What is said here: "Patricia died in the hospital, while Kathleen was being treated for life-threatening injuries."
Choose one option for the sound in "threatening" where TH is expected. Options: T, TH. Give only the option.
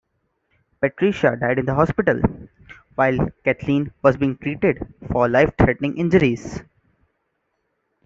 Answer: T